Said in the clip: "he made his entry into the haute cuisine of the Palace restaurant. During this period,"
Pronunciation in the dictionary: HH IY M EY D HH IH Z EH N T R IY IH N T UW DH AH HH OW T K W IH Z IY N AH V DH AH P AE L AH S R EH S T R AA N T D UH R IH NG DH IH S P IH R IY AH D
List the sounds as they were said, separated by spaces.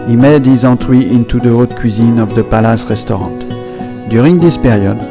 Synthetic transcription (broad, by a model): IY M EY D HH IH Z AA T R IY IH N T UW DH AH OW T K W IH Z IY N AH V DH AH P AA L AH S R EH S T R AA T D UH R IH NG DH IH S P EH R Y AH D